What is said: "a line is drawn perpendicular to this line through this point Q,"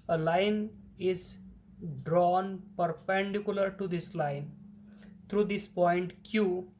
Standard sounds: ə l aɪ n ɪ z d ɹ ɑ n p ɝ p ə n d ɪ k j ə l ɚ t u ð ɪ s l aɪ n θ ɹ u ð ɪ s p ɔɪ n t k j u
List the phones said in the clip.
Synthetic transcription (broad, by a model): ə l aɪ n ɪ z d ɹ ɑ n p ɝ p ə n d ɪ k j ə l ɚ t u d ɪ s l aɪ n t ɹ u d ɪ s p ɔɪ n t k j u